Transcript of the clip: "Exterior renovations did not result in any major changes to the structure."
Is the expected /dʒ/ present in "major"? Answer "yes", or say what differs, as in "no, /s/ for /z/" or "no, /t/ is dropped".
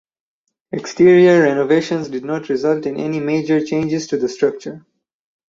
yes